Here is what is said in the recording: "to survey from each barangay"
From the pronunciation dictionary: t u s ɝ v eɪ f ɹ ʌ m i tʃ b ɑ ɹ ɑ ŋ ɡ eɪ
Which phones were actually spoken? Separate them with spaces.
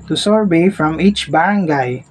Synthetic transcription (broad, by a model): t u s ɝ b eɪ f ɹ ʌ m i tʃ b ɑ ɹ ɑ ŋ ɡ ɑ